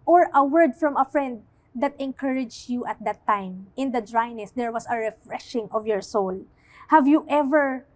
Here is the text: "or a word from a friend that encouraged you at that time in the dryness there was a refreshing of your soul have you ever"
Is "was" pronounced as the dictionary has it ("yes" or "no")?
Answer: no